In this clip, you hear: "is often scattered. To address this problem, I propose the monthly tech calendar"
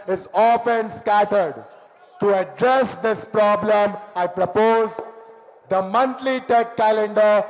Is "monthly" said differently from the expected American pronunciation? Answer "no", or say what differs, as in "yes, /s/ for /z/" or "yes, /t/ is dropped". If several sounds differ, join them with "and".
yes, /t/ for /θ/